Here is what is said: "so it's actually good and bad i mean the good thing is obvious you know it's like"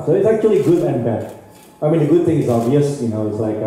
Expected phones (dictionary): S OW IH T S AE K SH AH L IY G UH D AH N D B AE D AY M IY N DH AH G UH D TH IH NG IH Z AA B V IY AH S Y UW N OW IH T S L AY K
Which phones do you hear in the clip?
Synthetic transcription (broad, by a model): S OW IH T S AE K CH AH L IY G UH D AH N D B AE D AY M IY N DH AH G UH D TH IH NG IH Z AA V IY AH S Y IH N OW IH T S L AY K